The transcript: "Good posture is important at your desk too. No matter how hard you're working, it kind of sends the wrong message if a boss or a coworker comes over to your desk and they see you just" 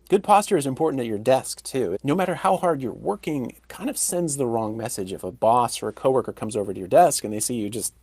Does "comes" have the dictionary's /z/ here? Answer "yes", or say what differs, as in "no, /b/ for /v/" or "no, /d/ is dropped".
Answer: yes